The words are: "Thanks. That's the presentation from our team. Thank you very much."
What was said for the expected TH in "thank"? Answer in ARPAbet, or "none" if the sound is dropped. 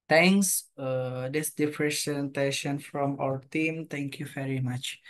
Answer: T